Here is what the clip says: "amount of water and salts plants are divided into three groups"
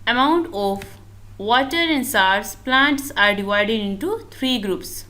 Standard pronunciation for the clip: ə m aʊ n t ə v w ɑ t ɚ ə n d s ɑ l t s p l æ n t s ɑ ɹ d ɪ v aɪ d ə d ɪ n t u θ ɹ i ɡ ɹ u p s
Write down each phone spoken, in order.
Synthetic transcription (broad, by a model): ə m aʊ n t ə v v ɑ t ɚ ə n d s ɑ t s p l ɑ n t s ɑ ɹ d ɪ v aɪ d ə d ɪ n t u t ɹ i ɡ ɹ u p s